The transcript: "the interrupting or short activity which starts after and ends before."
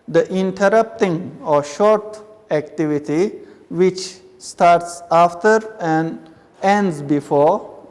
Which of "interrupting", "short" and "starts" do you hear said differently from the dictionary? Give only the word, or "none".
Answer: none